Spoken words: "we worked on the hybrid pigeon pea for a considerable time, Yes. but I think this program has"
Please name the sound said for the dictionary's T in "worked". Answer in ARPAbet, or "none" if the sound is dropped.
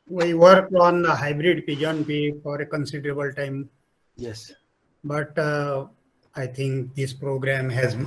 none